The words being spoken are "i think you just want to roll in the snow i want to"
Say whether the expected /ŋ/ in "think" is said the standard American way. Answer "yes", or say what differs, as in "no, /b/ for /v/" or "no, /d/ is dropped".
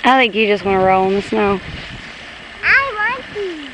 no, /ŋ/ is dropped